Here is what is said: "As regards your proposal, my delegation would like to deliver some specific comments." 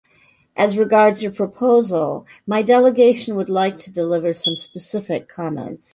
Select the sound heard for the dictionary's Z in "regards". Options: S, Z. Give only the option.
Z